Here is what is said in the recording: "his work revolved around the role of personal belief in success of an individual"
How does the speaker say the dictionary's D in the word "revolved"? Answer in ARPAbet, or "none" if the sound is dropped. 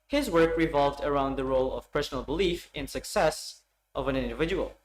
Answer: D